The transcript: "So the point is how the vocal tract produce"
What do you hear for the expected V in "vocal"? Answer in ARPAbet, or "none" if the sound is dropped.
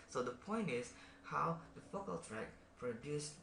F